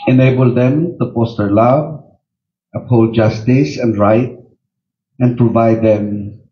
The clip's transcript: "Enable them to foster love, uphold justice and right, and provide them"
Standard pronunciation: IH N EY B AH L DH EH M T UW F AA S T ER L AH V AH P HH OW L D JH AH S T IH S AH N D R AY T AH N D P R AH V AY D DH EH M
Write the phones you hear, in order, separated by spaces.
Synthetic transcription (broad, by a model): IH N EY B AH L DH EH M T UW P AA S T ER L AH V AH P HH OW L JH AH S T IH S AH N D R AY T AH N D P R AH V AY D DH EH M